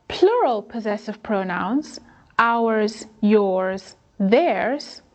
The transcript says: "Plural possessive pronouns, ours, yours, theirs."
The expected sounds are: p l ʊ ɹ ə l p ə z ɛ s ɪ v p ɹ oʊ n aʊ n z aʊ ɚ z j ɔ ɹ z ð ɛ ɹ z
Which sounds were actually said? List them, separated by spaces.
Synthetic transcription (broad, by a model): p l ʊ ɹ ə l p ə z ɛ s ɪ v p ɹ oʊ n aʊ n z aʊ ɚ z j ɔ ɹ z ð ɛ ɹ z